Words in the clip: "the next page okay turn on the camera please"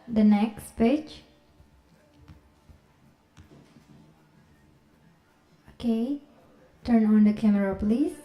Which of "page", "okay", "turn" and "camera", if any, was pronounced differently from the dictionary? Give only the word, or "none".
page